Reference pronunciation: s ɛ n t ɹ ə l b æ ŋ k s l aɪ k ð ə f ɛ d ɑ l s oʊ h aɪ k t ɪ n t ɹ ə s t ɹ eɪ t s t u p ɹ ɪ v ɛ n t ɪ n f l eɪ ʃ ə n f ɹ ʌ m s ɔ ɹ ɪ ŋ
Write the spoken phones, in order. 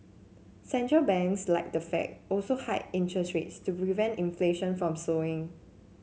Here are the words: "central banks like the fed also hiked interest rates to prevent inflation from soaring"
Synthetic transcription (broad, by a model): s ɛ n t ɹ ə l b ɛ ŋ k s l aɪ k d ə f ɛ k ɑ l s oʊ h aɪ t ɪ n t ɹ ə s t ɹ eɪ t s t u p ɹ ɪ v ɛ n t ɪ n f l eɪ ʃ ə n f ɹ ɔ m s ɔ ɪ ŋ